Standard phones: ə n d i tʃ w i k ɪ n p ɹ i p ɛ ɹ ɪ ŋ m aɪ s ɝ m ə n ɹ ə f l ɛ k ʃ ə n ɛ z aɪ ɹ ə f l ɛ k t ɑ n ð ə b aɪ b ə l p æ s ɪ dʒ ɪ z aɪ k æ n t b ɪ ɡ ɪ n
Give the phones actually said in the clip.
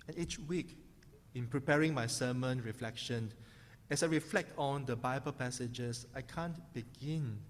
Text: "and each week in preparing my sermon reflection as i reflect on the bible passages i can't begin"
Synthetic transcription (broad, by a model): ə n i tʃ w i k ɪ n p ɹ i p ɛ ɹ ɪ ŋ m aɪ s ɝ m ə n ɹ ə f l ɛ k ʃ ə n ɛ s aɪ ɹ ə f l ɛ k t ɑ n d ə b aɪ b ə l p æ s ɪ dʒ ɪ s aɪ k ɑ n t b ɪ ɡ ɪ n